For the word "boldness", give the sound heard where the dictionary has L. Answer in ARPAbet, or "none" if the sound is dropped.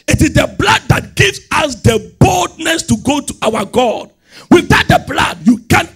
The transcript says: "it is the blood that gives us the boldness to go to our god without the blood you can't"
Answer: L